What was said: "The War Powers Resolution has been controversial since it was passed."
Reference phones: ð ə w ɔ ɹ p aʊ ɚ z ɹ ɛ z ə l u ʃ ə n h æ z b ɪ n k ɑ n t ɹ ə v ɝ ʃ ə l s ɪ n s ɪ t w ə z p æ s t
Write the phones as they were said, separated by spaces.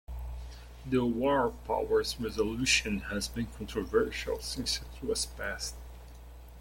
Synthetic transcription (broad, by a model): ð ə w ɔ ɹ p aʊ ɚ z ɹ ɛ z ə l u ʃ ə n h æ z b ɪ n k ɑ n t ɹ ə v ɝ ʃ ə l s ɪ n s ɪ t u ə s p æ s t